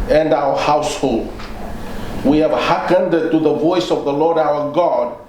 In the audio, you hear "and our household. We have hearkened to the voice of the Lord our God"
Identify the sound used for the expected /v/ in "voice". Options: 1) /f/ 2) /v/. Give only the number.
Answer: 2